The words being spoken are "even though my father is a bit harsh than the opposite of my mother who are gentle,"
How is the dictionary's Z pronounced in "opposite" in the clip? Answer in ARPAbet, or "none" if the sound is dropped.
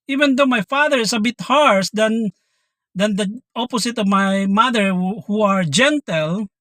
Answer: S